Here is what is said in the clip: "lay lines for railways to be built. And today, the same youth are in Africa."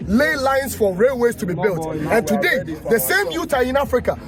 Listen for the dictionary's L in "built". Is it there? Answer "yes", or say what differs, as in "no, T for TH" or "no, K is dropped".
yes